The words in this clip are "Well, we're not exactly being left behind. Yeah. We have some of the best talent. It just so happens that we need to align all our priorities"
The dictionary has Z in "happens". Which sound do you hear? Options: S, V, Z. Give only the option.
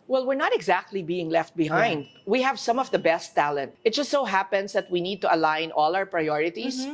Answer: S